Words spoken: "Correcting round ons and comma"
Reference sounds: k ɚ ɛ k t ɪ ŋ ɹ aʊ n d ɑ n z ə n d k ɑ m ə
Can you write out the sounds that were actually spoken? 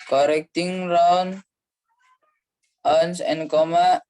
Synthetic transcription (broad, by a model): k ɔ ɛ k t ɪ ŋ ɹ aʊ n ɑ n s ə n k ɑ m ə